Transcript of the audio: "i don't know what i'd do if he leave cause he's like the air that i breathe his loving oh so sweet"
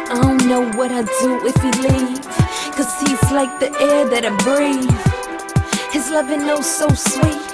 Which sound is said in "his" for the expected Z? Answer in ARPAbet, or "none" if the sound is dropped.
Z